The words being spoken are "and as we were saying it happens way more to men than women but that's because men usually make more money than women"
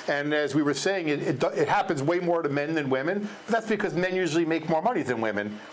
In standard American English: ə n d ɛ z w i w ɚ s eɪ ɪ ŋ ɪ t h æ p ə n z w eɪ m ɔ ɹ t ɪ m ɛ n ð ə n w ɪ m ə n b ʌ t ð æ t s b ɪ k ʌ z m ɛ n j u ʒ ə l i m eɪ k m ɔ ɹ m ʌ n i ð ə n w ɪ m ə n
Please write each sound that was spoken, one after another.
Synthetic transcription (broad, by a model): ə n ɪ z w i w ɚ s eɪ ɪ ŋ ɪ t h æ p ə n z w eɪ m ɔ ɹ t ɪ m ɛ n ð ə n w ɪ m ə n b ʌ t ð æ t s b ɪ k ʌ z m ɛ n j u ʒ l i m eɪ k m ɔ ɹ m ʌ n i ð ə n w ɪ m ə n